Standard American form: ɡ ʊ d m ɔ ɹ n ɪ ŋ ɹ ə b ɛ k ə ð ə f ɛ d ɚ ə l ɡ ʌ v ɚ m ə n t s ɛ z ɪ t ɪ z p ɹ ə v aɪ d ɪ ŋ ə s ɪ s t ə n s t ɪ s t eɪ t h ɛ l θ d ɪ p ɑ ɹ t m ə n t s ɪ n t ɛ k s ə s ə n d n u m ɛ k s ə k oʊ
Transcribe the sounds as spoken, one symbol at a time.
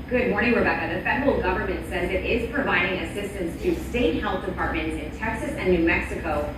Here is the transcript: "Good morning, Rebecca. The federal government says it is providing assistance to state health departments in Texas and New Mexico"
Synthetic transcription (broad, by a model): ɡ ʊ d m ɔ ɹ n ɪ ŋ w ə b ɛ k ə ð ə f ɛ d ɚ l ɡ ʌ v ɚ m ə n t s ɛ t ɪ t ɪ z p ɹ ə v aɪ d ɪ ŋ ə s ɪ s t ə n s t ɪ s t eɪ t h ɛ l θ d ɪ p ɑ ɹ t m ə n t s ɪ n t ɛ k s ə s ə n n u m ɛ k s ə k oʊ